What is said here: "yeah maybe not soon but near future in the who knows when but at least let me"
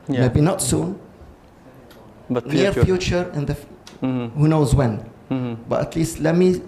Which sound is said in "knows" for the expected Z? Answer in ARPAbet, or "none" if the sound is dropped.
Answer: Z